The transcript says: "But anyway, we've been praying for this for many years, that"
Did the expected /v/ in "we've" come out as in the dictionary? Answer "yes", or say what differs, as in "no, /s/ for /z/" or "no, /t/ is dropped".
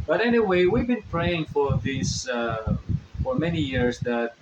yes